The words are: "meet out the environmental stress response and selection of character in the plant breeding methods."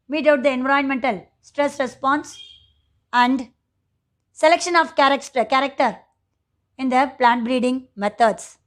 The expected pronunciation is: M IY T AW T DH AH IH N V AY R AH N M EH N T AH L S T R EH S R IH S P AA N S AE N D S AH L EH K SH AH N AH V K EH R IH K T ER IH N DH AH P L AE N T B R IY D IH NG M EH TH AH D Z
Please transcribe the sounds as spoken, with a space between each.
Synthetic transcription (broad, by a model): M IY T AW T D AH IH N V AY AH N M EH N T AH L S T R EH S R IH S P AA N S AE N D S AH L EH K SH AH N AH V K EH R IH K T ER IH N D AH P L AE N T B R IY D IH NG M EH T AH D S